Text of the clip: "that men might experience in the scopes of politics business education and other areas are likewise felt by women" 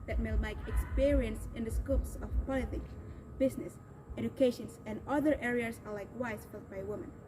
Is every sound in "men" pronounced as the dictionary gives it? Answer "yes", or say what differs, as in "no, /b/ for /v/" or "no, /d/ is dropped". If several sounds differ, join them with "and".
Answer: no, /l/ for /n/